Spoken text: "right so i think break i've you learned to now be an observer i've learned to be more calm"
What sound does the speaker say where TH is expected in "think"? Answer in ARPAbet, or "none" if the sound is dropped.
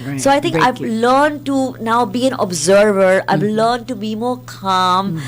T